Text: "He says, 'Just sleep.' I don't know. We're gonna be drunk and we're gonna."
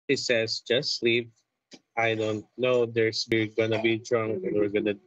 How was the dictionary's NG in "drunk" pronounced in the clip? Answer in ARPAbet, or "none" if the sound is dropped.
NG